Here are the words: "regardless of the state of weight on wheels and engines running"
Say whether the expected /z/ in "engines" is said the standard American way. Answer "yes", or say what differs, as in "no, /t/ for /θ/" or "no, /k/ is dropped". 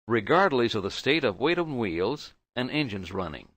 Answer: yes